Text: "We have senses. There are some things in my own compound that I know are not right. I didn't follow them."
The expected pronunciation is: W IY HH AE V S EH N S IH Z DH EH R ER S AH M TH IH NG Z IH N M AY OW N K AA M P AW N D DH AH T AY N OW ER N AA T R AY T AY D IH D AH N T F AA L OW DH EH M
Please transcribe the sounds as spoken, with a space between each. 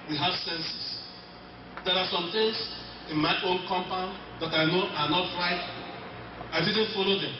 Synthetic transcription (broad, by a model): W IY HH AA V S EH N S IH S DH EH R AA S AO M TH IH NG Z IH N M AY OW N K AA M P AW N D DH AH T AY N OW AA N AA T R AY T AY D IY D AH N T F AA L OW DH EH M